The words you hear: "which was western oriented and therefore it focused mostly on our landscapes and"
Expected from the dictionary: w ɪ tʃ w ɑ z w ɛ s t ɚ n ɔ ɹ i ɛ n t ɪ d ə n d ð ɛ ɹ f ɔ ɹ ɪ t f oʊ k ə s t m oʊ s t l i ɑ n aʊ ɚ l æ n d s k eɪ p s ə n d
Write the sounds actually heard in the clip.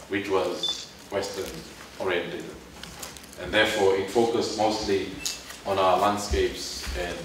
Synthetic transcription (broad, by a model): w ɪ tʃ w ɑ z w ɛ s t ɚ n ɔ ɹ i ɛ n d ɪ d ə n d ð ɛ f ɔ ɪ t f oʊ k ə s t m oʊ s t l i ɑ n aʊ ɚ l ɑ n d s k eɪ p s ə n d